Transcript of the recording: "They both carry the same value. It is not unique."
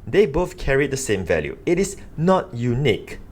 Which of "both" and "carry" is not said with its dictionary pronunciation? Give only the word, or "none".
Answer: none